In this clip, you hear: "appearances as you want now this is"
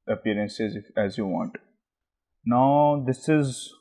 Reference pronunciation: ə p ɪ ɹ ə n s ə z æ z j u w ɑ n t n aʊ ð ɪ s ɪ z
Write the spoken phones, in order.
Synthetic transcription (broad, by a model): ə p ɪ ɹ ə n s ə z æ z j u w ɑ n t n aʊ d ɪ s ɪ z